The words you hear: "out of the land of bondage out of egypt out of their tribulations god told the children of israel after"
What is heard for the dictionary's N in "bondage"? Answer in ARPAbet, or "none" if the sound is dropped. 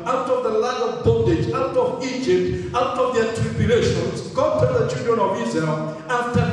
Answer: none